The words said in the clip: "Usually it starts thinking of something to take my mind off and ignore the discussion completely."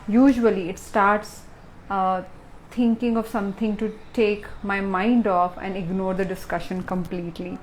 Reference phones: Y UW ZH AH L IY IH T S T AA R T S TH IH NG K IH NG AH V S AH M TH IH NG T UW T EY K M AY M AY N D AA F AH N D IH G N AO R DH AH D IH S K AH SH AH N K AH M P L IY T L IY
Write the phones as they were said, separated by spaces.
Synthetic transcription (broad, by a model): Y UW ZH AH L IY IH T S T AA R T S T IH NG K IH NG AH V S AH M T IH NG T UW T EY K M AY M AY N D AA F AH N D IH G N AO R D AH D IH S K AH SH AH N K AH M P L IY T L IY